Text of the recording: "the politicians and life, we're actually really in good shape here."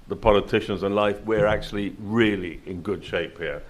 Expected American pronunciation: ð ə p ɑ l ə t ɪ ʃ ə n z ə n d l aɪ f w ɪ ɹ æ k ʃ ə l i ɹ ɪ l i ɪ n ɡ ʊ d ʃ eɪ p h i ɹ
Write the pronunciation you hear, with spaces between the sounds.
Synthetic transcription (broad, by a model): ð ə p ɑ l ə t ɪ ʃ ə n z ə n l aɪ f w ɪ ɹ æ k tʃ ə l i ɹ ɪ l i ɪ n ɡ ʊ d ʃ eɪ p h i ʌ